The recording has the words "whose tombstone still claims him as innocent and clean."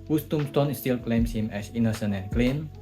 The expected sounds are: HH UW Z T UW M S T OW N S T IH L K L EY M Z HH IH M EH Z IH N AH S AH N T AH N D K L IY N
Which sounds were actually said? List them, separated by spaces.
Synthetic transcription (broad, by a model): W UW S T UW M S T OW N S T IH L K L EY M S HH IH M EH S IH N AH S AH N AH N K L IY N